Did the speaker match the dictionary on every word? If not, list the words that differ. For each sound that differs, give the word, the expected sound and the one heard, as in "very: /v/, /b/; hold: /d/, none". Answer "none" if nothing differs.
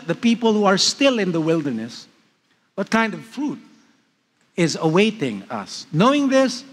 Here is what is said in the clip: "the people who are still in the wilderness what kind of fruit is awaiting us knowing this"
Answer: none